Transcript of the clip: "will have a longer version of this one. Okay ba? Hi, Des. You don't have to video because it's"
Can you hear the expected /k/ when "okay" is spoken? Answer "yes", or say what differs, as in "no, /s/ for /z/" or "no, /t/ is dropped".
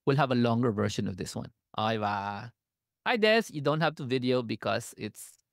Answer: no, /k/ is dropped